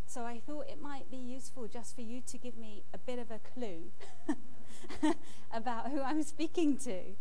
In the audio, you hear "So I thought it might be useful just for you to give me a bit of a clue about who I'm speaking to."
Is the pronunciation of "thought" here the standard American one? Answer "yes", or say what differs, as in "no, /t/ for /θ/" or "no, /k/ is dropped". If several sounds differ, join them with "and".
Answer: yes